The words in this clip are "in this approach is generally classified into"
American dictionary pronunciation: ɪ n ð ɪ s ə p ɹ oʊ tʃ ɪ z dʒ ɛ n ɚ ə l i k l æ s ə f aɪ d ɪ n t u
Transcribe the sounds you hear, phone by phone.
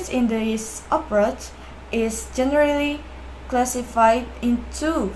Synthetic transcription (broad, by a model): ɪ n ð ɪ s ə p ɹ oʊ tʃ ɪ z dʒ ɛ n ɚ ə l i k l æ s ə f aɪ d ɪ n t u